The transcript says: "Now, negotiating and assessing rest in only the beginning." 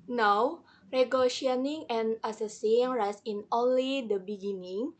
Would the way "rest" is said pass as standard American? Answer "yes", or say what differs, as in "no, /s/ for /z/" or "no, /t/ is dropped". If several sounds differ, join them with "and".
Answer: no, /t/ is dropped